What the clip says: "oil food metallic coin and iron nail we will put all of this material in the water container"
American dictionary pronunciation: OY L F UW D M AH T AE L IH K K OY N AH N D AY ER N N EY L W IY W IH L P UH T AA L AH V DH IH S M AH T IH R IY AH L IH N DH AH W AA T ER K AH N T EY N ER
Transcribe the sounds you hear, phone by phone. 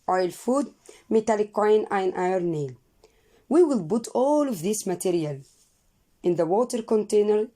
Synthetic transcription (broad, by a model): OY L F UW D M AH T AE L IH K K OY N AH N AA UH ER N N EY L W IY W IH L B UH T AA L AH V DH IH S M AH T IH R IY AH L IH N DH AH W AA T ER K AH N T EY N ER